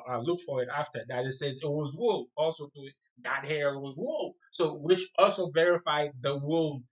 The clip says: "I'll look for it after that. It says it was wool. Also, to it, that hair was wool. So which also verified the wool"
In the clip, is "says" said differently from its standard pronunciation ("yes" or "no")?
no